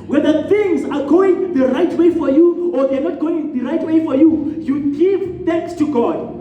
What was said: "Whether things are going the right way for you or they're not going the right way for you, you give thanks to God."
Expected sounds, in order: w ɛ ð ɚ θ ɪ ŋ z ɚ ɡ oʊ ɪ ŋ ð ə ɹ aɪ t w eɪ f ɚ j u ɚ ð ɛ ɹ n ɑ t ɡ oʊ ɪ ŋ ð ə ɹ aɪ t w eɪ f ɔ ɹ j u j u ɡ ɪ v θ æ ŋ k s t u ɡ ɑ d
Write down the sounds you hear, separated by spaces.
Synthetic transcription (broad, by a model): w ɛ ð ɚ θ ɪ ŋ z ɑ ɡ oʊ ɪ ŋ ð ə ɹ aɪ t w eɪ f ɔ j u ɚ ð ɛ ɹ n ɑ t ɡ oʊ ɪ ŋ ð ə ɹ aɪ t w eɪ f ɔ ɹ j u j u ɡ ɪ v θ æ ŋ k s t u ɡ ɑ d